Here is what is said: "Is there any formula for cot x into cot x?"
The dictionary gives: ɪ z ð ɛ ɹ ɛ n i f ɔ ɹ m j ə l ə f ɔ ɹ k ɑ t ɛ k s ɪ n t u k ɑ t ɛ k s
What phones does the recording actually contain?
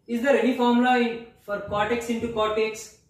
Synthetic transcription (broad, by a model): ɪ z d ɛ ɹ ɛ n i f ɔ ɹ m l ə ə f ɔ ɹ k ɑ t ɛ k s ɪ n t u k ɑ t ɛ k s